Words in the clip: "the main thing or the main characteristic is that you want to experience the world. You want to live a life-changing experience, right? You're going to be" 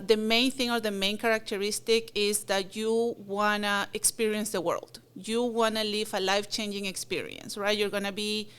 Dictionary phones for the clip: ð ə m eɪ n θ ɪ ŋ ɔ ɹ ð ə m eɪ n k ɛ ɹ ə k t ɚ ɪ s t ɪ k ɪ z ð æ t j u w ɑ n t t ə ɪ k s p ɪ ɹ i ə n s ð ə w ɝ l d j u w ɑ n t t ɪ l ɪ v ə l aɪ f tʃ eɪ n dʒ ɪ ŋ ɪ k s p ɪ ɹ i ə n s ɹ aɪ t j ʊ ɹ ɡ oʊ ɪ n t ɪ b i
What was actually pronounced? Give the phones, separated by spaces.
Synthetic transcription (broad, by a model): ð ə m eɪ n θ ɪ ŋ ɔ ɹ ð ə m eɪ n k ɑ ɹ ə k t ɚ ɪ s t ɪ k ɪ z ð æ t j u w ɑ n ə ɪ k s p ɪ ɹ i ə n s ð ə w ɝ l d j u w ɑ n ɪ l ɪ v ə l aɪ f tʃ eɪ n dʒ ɪ ŋ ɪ k s p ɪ ɹ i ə n s ɹ aɪ t j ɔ ɹ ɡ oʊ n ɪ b i